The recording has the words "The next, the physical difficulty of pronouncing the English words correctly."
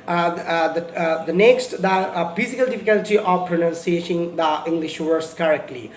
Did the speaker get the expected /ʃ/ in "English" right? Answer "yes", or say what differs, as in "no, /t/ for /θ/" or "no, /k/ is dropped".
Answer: yes